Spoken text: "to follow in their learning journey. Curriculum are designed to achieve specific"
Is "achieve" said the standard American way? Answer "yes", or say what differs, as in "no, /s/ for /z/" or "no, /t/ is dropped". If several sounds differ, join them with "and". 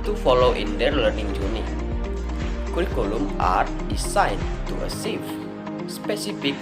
no, /s/ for /tʃ/